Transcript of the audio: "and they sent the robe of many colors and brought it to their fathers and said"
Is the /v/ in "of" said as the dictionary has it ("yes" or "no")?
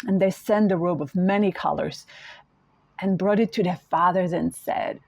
yes